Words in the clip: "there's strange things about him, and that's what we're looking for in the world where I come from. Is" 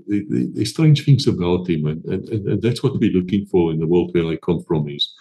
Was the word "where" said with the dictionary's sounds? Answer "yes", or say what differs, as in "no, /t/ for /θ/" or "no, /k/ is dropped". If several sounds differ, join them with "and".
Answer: no, /l/ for /ɹ/